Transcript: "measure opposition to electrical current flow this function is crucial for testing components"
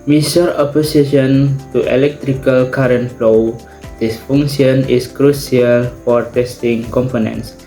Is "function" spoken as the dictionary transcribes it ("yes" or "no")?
no